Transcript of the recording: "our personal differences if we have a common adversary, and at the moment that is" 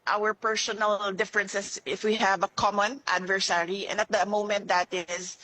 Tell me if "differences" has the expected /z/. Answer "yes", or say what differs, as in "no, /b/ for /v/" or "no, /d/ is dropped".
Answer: no, /s/ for /z/